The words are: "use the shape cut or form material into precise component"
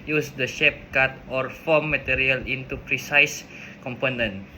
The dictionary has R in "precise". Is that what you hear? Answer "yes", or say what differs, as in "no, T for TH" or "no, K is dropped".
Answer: yes